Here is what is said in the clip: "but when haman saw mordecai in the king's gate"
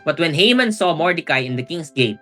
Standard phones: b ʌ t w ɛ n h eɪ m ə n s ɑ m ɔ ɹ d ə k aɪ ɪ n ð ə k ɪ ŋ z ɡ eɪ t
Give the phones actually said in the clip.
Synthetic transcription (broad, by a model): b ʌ t w ɛ n h eɪ m ə n s ɑ m ɔ ɹ d ə k aɪ ɪ n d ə k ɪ ŋ s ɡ eɪ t